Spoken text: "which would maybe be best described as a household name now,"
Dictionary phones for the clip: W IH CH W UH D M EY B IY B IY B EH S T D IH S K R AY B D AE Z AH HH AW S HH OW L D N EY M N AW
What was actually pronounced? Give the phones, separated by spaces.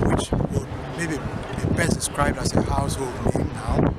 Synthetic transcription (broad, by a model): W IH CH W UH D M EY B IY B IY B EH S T D IH S K R AY B D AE S AH HH AW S HH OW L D N EY M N AW